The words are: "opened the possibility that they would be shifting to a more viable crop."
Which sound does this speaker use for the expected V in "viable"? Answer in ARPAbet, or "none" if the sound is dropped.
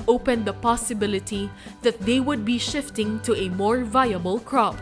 V